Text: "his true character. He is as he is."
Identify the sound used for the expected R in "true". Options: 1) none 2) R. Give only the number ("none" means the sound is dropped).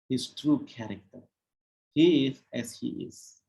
2